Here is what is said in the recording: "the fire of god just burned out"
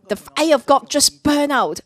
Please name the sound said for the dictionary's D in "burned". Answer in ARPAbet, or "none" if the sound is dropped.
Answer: none